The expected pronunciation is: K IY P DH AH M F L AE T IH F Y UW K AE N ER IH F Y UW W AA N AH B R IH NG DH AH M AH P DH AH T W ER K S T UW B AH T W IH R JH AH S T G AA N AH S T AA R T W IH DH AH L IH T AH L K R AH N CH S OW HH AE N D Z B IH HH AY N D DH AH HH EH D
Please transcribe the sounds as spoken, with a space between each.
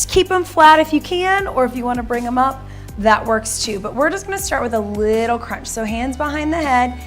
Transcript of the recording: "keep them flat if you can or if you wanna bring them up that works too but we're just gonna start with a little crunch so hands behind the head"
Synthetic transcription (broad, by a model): K IY P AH M F L AE T IH F Y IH K AE N ER IH F Y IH W AA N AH B R IH NG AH M AH P DH AH T W ER K S T UW B AH T W IH R JH AH S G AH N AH S T AA R T W IH DH AH L IH T L K R AH N CH S OW HH AE N D Z B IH HH AY N DH AH HH EH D